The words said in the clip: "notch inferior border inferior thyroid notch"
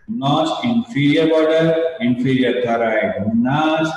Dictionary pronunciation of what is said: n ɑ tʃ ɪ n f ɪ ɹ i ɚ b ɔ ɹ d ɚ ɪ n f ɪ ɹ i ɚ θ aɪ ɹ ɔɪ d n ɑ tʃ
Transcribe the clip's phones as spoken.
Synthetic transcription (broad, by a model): n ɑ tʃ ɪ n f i ɹ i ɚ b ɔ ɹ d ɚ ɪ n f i ɹ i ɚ t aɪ ɹ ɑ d n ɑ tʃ